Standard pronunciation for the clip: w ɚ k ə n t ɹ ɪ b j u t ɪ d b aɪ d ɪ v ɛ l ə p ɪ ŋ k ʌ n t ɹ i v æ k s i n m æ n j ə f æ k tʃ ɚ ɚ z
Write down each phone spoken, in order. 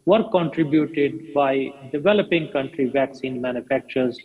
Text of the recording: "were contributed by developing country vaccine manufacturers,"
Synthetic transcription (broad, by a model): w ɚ k ə n t ɹ ɪ b j u t ɪ d b aɪ d ɪ v ɛ l ə p ɪ ŋ k ʌ n t ɹ i v æ k s i n m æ n j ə f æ k tʃ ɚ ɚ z